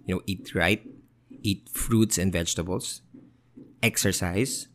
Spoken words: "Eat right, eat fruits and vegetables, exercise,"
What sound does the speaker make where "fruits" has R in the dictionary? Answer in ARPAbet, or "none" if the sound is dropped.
R